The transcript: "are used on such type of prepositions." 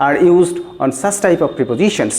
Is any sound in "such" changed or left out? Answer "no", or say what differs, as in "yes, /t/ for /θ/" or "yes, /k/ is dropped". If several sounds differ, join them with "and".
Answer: yes, /s/ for /tʃ/